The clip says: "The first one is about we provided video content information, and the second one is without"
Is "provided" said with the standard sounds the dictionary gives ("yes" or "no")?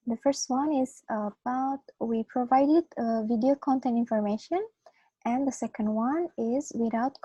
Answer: yes